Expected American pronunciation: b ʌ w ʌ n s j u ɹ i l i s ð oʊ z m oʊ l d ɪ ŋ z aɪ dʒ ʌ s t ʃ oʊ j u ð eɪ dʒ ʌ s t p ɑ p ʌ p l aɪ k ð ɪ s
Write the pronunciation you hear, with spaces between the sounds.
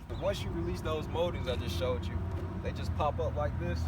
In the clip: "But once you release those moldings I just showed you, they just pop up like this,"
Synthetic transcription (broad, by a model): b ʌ w ʌ n s j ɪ ɹ i l i s ð oʊ z m oʊ d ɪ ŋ z aɪ dʒ ʌ s t ʃ oʊ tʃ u ð eɪ dʒ ʌ s p ɑ p ʌ p l aɪ k ð ɪ s